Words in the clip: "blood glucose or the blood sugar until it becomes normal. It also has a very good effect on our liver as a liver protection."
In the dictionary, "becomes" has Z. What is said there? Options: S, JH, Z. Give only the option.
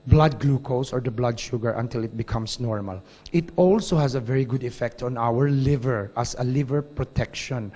S